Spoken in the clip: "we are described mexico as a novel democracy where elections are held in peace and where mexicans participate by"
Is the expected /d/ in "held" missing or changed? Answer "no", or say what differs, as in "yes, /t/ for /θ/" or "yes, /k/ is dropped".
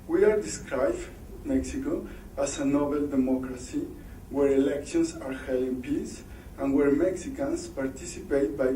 yes, /d/ is dropped